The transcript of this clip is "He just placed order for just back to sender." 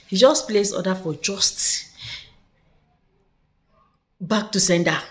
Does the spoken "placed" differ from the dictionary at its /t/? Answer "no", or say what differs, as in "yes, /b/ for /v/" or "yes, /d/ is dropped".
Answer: yes, /t/ is dropped